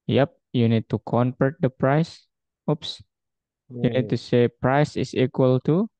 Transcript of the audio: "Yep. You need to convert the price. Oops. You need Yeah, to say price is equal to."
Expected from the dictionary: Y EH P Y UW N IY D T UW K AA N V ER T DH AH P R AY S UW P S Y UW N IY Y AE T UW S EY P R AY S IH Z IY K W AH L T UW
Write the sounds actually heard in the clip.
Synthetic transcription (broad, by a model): Y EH P Y UW N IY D T UW K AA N P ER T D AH P R AY S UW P S Y UW N IY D T UW S EY P R AY S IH S IY K W AH L T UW